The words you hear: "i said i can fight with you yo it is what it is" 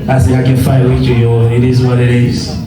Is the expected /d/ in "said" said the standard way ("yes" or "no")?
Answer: no